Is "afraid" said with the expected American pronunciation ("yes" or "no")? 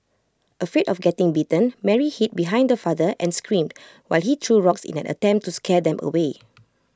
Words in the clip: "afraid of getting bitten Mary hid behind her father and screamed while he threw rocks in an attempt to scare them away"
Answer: no